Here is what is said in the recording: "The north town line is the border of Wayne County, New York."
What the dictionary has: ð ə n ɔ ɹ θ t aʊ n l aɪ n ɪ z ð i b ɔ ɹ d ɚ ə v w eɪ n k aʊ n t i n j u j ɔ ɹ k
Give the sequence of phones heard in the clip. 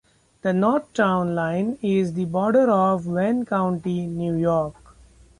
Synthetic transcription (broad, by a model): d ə n ɔ ɹ t t aʊ n l aɪ n ɪ z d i b ɔ ɹ d ɚ ə v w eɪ n k aʊ n t i n j u j ɔ ɹ k